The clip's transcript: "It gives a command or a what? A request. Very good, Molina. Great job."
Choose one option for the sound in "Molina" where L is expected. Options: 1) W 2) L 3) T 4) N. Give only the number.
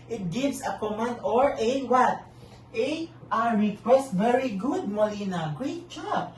2